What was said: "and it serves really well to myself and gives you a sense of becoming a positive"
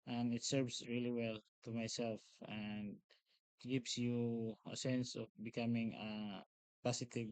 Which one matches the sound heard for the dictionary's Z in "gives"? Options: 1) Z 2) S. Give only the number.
2